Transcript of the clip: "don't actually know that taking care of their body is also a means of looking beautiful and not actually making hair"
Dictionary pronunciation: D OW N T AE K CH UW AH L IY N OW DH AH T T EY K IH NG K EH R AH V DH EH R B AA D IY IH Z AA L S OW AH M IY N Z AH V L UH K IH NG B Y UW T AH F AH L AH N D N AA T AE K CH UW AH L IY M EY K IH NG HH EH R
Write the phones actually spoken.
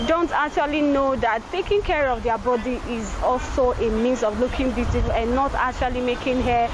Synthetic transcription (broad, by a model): D OW N T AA K CH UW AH L IY N OW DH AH T T EY K IH NG K EH R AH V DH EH B AA D IY IH Z AA L S OW AH M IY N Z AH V L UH K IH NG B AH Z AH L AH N N AA T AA K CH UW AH L IY M EY K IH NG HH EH